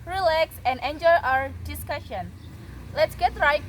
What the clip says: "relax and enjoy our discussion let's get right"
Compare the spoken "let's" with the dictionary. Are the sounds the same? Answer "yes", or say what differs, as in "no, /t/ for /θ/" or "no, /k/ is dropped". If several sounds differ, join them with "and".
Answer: yes